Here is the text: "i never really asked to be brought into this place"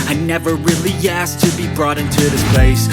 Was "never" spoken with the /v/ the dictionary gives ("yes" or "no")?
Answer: yes